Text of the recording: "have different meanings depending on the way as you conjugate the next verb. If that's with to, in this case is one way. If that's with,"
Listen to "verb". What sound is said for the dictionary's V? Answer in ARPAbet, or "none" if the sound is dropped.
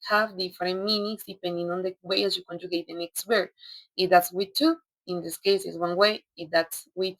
W